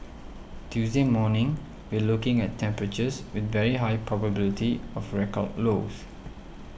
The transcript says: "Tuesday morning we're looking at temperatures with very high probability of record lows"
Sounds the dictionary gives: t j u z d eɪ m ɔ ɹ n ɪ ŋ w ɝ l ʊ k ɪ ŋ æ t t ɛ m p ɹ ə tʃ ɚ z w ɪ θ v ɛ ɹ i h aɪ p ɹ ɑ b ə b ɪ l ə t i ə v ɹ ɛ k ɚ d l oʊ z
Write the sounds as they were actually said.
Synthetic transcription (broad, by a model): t j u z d eɪ m ɔ n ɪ ŋ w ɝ l ʊ k ɪ ŋ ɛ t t ɛ m p ɹ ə tʃ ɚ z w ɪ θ v ɛ ɹ i h aɪ p ɹ ɑ b ə b ɪ l ə t i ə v ɹ ɛ k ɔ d l oʊ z